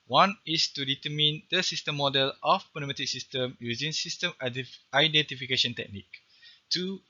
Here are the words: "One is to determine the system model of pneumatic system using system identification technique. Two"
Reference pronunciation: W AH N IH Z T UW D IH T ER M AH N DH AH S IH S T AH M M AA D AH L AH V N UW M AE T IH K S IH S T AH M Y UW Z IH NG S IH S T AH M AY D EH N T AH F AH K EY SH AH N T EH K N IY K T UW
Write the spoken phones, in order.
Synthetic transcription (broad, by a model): W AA N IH S T UW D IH T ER M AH N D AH S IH S T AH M M AA D AH L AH P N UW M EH T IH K S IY S T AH M Y UW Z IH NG S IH S T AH M AY D EH N T AH F AH K EY SH AH N T EH K N IY K T UW